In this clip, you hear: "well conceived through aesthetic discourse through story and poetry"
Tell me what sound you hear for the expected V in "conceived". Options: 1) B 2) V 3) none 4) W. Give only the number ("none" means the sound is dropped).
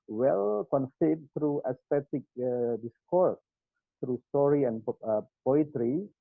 3